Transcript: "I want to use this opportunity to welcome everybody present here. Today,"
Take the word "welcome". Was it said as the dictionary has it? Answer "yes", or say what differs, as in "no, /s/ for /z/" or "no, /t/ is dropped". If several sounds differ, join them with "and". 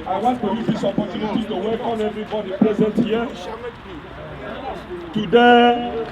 no, /l/ is dropped